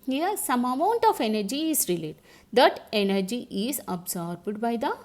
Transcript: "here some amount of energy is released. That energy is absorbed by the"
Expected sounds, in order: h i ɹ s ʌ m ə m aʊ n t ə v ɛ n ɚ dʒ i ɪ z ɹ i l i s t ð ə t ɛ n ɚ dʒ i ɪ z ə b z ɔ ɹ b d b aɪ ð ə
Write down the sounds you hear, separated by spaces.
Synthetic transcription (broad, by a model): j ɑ s ʌ m ə m aʊ n t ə f ɛ n ɚ dʒ i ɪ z ɹ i l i t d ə t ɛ n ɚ dʒ i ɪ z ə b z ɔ ɹ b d b aɪ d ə